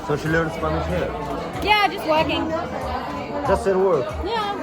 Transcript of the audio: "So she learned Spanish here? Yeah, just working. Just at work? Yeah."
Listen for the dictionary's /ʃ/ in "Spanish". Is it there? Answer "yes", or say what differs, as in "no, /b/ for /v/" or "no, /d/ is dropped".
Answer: no, /s/ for /ʃ/